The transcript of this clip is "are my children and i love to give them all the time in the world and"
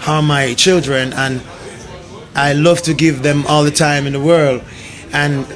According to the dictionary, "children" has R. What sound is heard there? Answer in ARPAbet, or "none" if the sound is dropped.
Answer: R